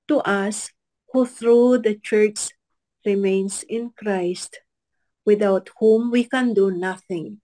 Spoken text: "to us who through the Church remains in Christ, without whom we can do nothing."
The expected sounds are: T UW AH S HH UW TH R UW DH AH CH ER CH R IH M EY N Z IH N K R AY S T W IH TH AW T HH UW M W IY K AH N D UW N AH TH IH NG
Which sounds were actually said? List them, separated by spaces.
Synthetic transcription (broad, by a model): T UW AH S HH UW TH R UW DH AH CH ER CH R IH M EY N S IH N K R AY S T W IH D AW T HH UW M W IY K AH N D UW N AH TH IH NG